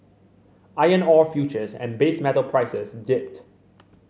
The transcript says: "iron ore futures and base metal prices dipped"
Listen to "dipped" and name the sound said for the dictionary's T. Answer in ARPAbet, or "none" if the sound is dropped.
T